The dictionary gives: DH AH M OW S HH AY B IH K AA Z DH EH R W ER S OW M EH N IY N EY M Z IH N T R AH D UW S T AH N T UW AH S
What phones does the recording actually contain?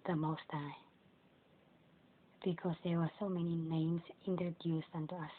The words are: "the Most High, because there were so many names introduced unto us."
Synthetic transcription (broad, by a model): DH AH M OW S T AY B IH K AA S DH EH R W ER S OW M EH N IY N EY M S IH N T R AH D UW S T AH N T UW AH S